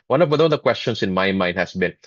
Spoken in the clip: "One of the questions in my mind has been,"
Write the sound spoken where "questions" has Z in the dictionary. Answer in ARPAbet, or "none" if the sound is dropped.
S